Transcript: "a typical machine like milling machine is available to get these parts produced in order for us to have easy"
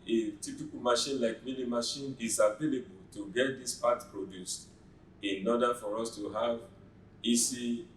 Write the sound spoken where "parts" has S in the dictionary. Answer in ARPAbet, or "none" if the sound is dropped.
none